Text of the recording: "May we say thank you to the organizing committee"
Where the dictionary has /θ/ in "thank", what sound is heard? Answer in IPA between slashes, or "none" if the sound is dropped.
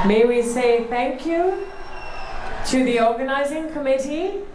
/θ/